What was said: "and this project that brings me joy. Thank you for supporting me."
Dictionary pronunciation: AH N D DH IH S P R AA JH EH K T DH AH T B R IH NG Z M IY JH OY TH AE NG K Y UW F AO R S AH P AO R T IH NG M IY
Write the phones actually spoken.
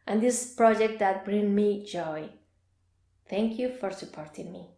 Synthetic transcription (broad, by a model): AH N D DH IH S P R AA JH EH K T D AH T B R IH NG M IY JH OY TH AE NG K Y UW F AO R S AH P AO R T IH NG M IY